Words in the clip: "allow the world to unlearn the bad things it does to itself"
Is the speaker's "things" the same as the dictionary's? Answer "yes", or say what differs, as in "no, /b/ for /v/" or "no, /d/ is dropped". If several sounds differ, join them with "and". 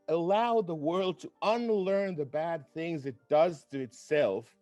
yes